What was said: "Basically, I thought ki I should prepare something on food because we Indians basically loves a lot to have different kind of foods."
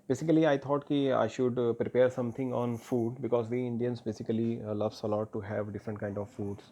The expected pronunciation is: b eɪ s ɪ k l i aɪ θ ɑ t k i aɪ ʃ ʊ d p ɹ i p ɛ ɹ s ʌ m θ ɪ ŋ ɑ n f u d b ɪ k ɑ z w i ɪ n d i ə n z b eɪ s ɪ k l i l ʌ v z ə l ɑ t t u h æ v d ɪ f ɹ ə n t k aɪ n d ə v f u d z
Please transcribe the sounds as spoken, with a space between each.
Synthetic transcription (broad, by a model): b eɪ s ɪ k l i aɪ t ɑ t k i aɪ ʃ ʊ d p ɹ i p ɛ ɹ s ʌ m t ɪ ŋ ɑ n f u d b ɪ k ɑ z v i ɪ n d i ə n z b eɪ s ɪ k l i l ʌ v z ə l ɑ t t u h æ v d ɪ f ɹ ə n t k aɪ n d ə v f u d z